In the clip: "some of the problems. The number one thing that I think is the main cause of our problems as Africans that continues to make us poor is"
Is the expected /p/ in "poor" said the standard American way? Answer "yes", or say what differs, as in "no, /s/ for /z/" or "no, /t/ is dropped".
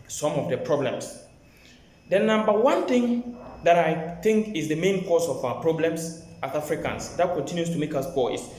no, /b/ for /p/